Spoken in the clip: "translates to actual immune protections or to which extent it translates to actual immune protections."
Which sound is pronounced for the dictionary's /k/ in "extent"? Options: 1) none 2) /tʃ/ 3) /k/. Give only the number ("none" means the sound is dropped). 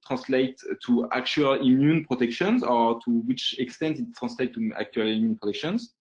3